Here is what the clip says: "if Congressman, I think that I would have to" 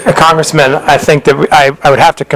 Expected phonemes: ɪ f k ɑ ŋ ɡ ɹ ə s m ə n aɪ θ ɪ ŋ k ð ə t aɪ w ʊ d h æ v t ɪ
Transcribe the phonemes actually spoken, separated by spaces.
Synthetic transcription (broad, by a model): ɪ k ɑ ŋ ɡ ɹ ə s m ə n aɪ θ ɪ ŋ k ð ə t aɪ w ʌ d h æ f t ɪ